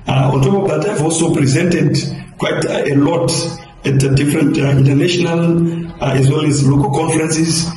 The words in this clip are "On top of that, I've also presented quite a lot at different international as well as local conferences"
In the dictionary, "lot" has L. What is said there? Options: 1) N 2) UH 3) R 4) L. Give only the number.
4